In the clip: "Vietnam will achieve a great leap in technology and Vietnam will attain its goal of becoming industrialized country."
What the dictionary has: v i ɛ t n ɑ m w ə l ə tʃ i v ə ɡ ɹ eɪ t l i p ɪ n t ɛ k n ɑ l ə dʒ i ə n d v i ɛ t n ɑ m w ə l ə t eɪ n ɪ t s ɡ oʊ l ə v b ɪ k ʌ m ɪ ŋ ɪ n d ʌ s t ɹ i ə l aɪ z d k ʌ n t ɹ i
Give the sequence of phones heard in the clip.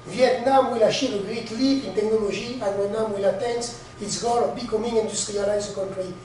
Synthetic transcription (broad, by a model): v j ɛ t n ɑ m w ə l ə ʃ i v ə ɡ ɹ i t l i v ɪ n t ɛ k n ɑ l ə ʒ i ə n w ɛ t n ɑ m w ə l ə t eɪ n ɪ t s ɡ oʊ l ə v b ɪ k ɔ m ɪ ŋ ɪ n d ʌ s t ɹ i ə l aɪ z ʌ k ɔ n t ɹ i